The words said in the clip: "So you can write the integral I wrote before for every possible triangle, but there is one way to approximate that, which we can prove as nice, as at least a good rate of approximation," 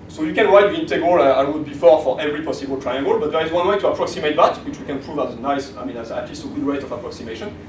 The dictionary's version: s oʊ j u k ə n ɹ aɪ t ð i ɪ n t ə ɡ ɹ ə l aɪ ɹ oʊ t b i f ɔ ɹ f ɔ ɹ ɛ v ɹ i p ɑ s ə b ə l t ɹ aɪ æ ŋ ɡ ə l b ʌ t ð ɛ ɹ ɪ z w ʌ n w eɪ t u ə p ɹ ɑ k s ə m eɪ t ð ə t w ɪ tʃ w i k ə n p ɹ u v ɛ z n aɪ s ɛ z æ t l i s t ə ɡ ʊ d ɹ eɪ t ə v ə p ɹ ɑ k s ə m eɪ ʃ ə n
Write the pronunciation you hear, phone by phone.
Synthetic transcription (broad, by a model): s oʊ j u k ə n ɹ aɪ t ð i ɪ n t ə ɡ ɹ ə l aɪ w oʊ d b i f ɔ ɹ f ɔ ɹ ɛ v ɹ i p ɑ s ə b ə l t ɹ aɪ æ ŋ ɡ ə l b ʌ t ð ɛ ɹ ɪ z w ʌ n w eɪ t u ə p ɹ ɑ k s ə m eɪ t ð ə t w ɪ tʃ w i k ə n p ɹ u v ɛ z n aɪ s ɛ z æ t l i s t ə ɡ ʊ d ɹ eɪ t ə v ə p ɹ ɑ k s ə m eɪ ʃ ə n